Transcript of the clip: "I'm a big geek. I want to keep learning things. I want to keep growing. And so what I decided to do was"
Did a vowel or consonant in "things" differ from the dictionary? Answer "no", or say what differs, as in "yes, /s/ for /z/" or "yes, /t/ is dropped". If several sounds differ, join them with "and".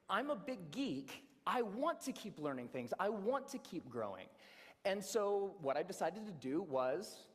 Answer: no